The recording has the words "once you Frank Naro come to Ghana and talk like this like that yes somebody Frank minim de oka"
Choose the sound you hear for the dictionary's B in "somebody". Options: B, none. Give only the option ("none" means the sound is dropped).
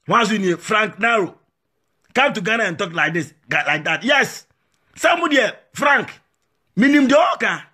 none